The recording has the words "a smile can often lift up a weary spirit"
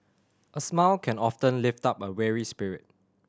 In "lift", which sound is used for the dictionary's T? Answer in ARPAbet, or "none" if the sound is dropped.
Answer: T